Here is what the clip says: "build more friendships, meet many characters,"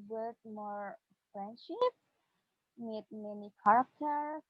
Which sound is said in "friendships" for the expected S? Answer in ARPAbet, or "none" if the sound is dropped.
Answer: none